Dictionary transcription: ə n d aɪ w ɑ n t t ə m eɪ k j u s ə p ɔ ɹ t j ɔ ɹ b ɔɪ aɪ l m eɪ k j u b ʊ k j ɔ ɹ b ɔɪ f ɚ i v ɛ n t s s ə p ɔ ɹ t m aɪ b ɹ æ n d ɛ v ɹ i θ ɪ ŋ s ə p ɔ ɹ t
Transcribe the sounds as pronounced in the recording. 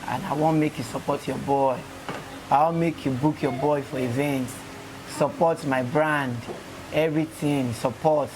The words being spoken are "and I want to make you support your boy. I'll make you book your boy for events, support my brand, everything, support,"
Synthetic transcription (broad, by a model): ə n aɪ w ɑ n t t m eɪ k j u s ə p ɔ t j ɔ b ɔɪ aɪ n m eɪ k j u b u k j ɔ b ɔɪ f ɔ i v ɛ n t s s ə p ɔ t m aɪ b ɹ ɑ n d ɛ v ɹ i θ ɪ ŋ s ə p ɔ t